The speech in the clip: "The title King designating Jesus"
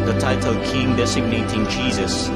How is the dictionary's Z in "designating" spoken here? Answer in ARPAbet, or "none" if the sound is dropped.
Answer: S